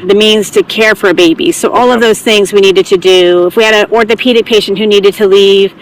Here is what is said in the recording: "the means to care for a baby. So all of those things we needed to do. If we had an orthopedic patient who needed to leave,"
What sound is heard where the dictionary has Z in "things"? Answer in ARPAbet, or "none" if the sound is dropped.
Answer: Z